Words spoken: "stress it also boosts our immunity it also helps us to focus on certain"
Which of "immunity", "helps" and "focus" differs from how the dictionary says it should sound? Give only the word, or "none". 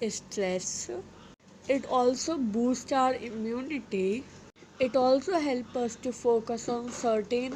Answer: helps